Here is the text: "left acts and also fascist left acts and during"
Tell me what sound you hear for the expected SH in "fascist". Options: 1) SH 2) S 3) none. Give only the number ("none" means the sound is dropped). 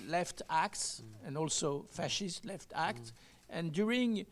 1